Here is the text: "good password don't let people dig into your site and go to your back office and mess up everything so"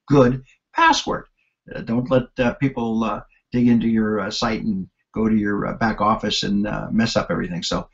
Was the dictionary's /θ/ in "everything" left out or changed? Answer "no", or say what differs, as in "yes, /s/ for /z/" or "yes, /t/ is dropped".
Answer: no